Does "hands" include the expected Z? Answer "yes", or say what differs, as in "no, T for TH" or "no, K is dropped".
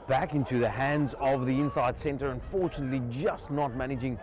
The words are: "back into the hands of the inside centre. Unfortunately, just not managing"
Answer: yes